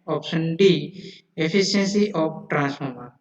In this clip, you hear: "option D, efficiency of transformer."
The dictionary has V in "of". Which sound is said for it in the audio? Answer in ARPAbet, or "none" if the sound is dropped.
P